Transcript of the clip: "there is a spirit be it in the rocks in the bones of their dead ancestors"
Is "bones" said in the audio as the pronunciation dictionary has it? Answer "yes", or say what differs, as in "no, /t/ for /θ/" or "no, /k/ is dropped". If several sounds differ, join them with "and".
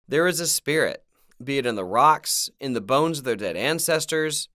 yes